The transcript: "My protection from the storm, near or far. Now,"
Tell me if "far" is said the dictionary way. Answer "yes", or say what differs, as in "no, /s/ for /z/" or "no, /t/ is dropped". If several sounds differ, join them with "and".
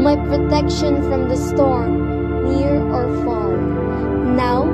no, /l/ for /ɹ/